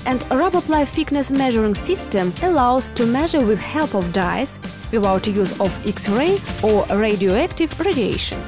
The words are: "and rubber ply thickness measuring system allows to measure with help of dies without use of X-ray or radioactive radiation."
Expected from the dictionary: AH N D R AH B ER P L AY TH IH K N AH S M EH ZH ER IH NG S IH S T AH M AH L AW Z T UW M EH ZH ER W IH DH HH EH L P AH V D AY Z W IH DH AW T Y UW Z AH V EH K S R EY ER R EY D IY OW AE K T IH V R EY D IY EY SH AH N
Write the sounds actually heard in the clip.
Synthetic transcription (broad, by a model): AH N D R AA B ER P L AY F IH K N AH S M EH ZH ER IH NG S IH S T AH M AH L AW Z T UW M EH ZH ER W IH DH HH EH L P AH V D AY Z W IH DH AW T Y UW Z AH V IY K S R EY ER R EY D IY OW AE K T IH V R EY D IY EY SH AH N